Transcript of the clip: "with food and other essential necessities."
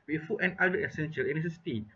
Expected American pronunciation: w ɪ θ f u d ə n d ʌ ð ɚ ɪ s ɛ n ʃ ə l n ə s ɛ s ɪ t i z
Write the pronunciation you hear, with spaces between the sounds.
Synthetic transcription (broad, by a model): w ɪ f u ə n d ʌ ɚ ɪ s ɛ n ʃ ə l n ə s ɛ s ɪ t i